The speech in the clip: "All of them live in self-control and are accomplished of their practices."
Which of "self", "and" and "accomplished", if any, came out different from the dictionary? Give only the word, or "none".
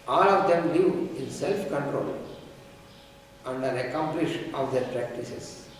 accomplished